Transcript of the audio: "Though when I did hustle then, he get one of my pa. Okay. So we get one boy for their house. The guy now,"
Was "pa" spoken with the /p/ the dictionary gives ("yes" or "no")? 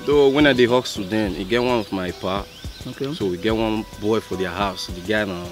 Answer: yes